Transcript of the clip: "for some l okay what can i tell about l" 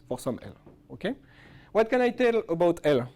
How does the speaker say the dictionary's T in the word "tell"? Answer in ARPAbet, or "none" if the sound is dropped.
T